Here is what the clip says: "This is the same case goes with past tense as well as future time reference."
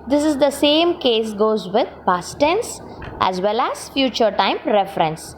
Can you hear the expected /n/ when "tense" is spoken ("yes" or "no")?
yes